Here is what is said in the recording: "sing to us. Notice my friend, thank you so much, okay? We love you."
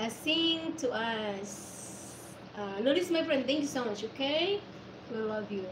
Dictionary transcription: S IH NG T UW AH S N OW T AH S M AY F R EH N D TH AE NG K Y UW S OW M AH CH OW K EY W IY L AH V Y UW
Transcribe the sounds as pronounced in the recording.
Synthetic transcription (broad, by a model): S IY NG T UW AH S L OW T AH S M AY F R EH N D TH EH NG K Y UW S OW M AH CH OW K EY W IY L AH V Y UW